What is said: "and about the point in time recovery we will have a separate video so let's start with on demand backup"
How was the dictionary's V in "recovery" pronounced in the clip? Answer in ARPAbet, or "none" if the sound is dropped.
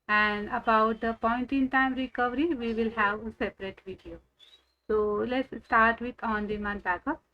V